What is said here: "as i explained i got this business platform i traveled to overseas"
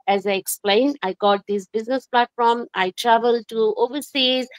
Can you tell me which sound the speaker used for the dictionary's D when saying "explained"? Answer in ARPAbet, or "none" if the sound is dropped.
D